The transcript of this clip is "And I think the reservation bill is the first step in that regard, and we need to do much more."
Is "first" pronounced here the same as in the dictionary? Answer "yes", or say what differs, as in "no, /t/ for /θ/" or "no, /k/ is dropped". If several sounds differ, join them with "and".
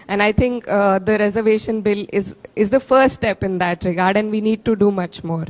no, /s/ is dropped